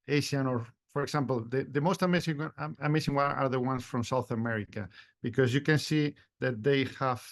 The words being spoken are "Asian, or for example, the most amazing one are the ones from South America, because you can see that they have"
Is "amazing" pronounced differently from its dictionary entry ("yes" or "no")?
yes